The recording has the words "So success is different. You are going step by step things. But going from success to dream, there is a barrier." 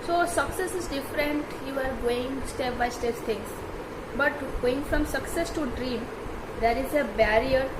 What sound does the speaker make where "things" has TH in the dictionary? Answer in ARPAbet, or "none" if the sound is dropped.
S